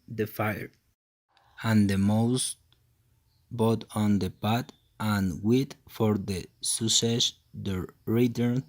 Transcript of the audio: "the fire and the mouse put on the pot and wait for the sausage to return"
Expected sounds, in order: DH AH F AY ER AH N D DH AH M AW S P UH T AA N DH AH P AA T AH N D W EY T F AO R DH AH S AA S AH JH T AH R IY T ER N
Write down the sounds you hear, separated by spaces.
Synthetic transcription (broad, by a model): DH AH F AY ER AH N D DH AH M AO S B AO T AA N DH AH P AA T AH N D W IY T F AO R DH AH S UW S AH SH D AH R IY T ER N